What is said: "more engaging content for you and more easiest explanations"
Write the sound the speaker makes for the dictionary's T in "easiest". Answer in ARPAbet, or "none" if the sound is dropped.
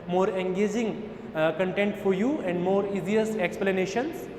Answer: none